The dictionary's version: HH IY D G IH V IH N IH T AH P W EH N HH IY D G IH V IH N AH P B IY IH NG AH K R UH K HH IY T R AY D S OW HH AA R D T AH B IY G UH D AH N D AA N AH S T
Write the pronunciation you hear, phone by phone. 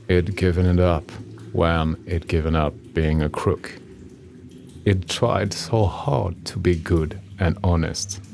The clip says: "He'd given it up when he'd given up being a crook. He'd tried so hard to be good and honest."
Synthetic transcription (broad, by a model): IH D G IH V IH N IH T AH P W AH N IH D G IH V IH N AH P B IY IH NG AH K R UH K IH T R AY D S OW HH AA R D T AH B IY G UH D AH N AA N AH S T